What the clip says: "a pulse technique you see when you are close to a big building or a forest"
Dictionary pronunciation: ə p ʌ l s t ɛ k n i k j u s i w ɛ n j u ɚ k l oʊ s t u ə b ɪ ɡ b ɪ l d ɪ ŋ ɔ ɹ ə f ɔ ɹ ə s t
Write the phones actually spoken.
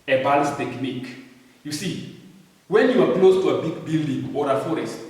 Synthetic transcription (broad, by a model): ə b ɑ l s t ɛ k n i k j u s i w ɛ n j u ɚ k l oʊ s t u ə b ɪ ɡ b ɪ l d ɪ ŋ ɔ ɹ ə f ɔ ɹ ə s t